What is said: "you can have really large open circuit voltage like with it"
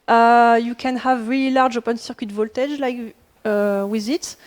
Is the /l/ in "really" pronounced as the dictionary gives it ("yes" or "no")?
yes